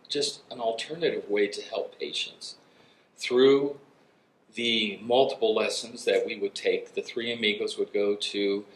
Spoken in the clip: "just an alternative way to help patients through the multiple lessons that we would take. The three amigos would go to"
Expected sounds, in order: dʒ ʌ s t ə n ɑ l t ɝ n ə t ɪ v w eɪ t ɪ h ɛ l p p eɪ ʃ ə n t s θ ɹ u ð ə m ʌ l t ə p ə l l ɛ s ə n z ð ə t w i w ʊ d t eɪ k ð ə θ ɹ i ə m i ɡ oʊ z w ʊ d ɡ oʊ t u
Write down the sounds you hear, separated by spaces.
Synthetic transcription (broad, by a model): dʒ ʌ s t ə n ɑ l t ɝ n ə t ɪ v w eɪ t ɪ h ɛ l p p eɪ ʃ ə n t s θ ɹ u ð ə m ʌ l t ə p l l ɛ s ə n z ð ə t w i w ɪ d t eɪ k ð ə θ ɹ i ə m i ɡ oʊ z w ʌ d ɡ oʊ t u